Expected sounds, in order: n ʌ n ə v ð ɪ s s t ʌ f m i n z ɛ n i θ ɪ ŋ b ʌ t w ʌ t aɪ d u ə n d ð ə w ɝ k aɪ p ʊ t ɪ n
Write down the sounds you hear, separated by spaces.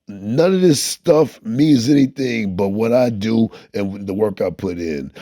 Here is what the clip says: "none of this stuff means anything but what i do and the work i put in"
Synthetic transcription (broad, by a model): n ʌ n ə v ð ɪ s s t ʌ f m i n z ɛ n i θ ɪ ŋ b ʌ t w ʌ t aɪ d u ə n ð ə w ɝ k aɪ p ʊ t ɪ n